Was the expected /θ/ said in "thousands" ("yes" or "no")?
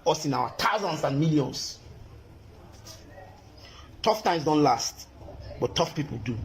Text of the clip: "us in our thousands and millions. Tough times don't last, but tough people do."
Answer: no